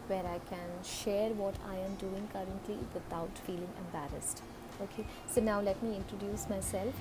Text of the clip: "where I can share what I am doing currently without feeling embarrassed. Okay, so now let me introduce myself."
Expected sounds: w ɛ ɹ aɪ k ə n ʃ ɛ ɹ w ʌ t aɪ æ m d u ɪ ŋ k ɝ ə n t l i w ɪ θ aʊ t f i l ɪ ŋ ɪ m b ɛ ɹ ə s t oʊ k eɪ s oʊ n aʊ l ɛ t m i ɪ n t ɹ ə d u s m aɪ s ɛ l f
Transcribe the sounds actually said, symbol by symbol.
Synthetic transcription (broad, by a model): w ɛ ɹ aɪ k ə n ʃ ɛ ɹ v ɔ t aɪ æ m d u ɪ ŋ k ɝ ə n t l i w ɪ t aʊ t f i l ɪ ŋ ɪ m b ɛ ɹ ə s t oʊ k eɪ s oʊ n aʊ l ɛ t m i ɪ n t ɹ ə d u s m aɪ s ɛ l f